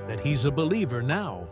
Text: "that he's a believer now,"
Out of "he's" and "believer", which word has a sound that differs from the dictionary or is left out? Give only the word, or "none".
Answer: none